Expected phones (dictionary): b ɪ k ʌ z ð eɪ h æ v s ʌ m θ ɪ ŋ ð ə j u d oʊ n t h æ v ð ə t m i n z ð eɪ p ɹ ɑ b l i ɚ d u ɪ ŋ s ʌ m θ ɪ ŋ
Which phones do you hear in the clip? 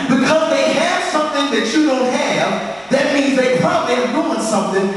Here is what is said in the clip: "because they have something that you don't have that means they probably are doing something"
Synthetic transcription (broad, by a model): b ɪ k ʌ z ð eɪ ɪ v s ʌ m θ ɪ ŋ ð ə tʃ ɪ d oʊ n t h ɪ v ð ə t m i n z ð eɪ p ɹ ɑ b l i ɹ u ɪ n s ʌ m θ ɪ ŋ